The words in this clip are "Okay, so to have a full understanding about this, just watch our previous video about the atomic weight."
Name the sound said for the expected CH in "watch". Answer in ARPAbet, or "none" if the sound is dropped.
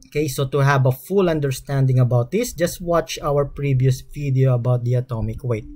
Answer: CH